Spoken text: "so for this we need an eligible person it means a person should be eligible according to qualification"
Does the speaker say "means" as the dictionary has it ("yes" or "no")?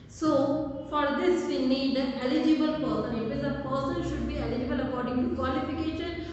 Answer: no